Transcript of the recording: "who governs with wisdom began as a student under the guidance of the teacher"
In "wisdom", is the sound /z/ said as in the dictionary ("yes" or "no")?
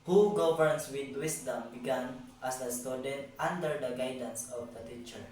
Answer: no